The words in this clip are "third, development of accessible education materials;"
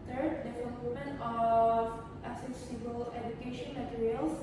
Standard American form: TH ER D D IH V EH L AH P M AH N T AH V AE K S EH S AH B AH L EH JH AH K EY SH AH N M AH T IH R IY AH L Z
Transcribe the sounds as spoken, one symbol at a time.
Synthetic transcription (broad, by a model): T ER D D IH F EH N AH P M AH N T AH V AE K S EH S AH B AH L EH JH AH K EY SH AH N M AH T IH R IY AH L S